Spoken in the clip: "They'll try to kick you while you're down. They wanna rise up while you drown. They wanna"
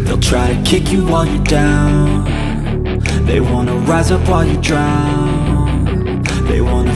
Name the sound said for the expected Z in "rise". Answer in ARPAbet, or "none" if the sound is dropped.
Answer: Z